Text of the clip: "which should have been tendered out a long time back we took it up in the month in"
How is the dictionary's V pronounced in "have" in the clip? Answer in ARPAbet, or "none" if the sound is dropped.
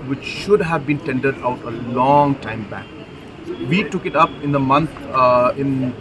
V